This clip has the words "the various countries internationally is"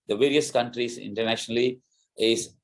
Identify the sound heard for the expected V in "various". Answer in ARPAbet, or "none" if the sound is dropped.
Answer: V